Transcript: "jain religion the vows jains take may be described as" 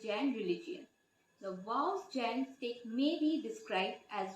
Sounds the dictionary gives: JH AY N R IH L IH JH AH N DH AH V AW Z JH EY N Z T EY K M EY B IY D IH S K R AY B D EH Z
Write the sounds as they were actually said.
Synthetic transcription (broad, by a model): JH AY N R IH L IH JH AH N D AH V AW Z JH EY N S T EY K M EY B IY D IH S K R AY B D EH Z